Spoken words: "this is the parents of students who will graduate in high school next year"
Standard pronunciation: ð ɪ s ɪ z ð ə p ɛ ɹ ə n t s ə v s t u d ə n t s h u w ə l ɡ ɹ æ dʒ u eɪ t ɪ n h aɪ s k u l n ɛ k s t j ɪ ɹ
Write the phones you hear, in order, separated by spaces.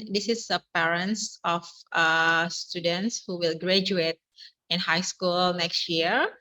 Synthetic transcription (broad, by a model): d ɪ s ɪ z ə p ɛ ɹ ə n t s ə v s t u d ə n t s h u w ə l ɡ ɹ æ dʒ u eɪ t ɪ n h aɪ s k u l n ɛ k s t j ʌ ɹ